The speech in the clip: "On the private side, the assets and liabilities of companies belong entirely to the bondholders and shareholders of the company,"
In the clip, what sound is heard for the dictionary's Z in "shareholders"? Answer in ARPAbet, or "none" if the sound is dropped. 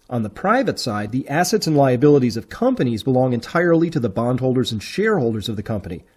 Z